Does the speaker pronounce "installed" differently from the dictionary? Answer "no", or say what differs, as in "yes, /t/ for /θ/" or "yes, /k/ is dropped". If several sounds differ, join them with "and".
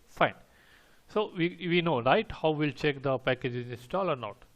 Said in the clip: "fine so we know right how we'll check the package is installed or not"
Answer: yes, /d/ is dropped